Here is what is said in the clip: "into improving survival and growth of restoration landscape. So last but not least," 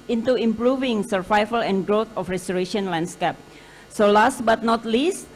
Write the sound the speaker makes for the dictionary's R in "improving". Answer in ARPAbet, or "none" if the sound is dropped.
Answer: R